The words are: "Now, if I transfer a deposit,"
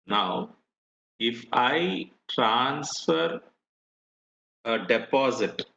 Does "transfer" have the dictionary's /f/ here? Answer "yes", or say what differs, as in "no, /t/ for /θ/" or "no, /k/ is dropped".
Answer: yes